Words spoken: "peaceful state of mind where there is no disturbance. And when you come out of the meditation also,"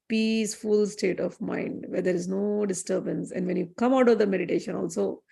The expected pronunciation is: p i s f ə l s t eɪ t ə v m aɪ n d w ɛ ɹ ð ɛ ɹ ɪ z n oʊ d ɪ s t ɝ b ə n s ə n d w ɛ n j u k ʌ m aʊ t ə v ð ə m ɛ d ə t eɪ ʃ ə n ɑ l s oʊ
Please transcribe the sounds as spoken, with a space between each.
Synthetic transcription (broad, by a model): p i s f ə l s t eɪ t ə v m aɪ n d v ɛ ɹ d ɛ ɹ ɪ z n oʊ d ɪ s t ɝ b ə n s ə n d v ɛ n j u k ʌ m aʊ t ə v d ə m ɛ d ə t eɪ ʃ ə n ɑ l s oʊ